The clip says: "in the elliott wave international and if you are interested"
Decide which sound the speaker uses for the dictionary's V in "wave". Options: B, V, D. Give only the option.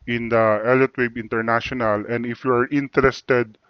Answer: B